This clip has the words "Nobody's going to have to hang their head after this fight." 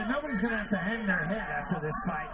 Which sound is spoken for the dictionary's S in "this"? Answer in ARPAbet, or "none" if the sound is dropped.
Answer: S